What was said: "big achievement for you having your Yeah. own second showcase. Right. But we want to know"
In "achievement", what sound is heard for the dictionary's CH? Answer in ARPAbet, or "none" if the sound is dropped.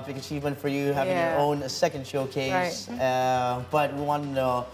CH